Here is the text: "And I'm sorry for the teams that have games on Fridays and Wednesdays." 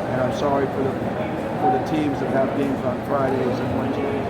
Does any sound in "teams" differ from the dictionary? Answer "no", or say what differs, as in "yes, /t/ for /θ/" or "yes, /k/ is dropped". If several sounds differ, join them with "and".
no